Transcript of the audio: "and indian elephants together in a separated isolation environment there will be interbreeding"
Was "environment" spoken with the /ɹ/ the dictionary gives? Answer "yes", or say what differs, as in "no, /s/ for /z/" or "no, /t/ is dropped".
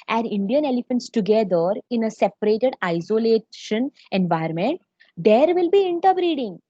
no, /ɹ/ is dropped